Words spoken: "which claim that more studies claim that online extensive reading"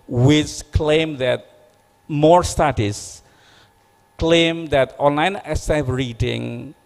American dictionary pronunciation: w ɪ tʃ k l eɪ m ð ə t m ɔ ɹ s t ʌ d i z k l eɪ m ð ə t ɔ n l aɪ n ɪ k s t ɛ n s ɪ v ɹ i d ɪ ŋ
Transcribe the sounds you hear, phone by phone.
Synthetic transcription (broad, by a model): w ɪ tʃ k l eɪ m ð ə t m ɔ ɹ s t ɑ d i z k l eɪ m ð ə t ɔ n l aɪ n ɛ s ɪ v ɹ i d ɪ ŋ